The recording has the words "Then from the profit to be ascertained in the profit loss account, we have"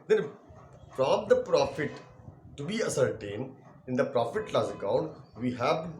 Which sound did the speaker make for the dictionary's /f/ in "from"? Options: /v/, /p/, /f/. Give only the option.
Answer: /p/